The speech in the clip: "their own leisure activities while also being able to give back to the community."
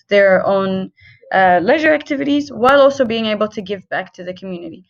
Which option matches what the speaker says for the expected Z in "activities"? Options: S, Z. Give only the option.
Z